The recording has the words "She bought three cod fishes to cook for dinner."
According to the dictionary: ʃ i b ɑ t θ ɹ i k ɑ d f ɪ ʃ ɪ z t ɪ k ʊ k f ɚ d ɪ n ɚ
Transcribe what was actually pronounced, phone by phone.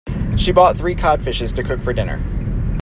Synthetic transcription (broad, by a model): ʃ i b ɑ t θ ɹ i k ɑ d f ɪ ʃ ɪ z t ɪ k ʊ k f ɚ d ɪ n ɚ